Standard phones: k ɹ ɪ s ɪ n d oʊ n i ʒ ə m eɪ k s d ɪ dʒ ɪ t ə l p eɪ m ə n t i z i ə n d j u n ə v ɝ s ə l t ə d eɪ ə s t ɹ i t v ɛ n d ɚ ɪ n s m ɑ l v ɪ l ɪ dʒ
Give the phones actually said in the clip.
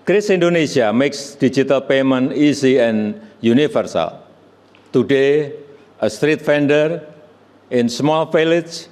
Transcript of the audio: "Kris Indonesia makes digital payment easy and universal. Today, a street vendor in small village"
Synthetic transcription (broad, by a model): k ɹ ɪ s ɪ n d oʊ n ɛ s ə m eɪ k s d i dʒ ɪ t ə l p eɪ m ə n i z i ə n j u n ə f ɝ s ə l t ə d eɪ ə s t ɹ i t f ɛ n d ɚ ɪ n s m ɑ l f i l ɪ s